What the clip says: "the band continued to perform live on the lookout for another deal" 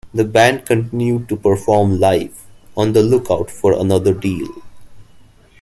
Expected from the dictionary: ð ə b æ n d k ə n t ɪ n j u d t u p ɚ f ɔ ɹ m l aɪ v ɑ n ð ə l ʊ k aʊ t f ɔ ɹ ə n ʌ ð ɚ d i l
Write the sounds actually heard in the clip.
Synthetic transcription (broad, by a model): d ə b æ n d k ə n t ɪ n j u d t u p ɚ f ɔ ɹ m l aɪ f ɑ n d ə l ʊ k aʊ t f ɔ ɹ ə n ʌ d ɚ d i l